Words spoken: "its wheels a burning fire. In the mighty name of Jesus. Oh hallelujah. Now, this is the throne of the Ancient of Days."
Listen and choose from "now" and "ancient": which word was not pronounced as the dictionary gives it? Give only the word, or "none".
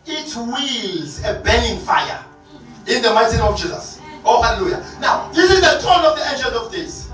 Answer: ancient